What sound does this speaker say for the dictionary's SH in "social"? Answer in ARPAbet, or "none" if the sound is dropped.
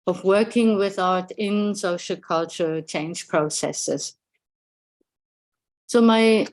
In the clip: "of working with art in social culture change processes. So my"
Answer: SH